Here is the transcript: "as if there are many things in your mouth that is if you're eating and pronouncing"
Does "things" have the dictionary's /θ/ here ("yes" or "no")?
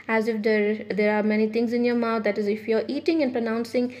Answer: no